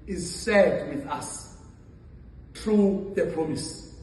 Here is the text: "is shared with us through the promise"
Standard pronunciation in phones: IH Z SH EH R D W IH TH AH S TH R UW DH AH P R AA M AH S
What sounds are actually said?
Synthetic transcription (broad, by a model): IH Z S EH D W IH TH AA S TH R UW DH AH P R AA M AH S